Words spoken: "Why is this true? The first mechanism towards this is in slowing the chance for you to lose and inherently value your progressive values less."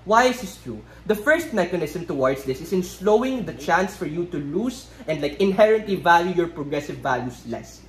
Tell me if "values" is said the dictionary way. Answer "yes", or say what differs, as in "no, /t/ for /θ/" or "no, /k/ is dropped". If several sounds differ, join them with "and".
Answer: no, /s/ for /z/